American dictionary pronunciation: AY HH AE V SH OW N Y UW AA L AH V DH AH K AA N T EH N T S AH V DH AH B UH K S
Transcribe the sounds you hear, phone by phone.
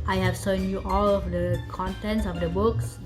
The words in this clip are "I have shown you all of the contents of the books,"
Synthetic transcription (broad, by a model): AY HH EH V S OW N Y UW AA L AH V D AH K AA N T EH N T S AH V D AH B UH K S